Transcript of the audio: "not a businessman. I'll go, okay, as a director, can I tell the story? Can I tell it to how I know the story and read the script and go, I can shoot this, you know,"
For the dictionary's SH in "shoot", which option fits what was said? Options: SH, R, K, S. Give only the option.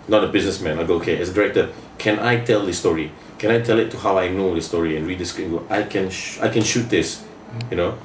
SH